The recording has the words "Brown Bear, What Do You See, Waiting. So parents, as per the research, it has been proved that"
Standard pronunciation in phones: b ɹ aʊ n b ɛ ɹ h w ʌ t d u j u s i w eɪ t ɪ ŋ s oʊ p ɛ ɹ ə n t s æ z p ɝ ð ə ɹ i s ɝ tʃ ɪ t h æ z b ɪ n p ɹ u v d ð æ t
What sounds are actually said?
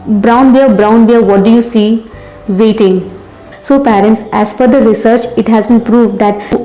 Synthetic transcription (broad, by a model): b ɹ aʊ n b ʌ ɹ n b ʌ t d u j u s i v eɪ t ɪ ŋ s oʊ p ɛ ɹ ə n t s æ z f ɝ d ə ɹ i s ɝ tʃ ɪ t h æ z b ɪ n p ɹ u v d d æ t